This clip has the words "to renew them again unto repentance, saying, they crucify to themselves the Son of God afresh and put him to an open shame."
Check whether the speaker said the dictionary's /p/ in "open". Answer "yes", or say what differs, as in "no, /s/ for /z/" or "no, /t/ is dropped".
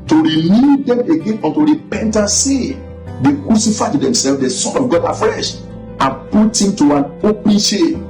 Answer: yes